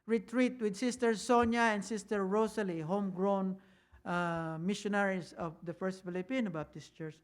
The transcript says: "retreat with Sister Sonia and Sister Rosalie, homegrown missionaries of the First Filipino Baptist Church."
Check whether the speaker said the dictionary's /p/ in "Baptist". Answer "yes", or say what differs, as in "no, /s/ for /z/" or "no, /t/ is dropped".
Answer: no, /p/ is dropped